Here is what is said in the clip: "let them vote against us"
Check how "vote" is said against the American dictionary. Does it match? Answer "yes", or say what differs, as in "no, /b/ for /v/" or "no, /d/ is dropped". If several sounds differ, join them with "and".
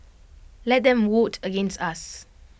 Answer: no, /w/ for /v/